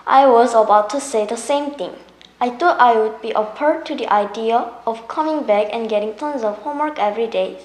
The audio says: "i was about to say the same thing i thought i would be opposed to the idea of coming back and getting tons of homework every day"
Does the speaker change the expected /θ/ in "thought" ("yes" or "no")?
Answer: yes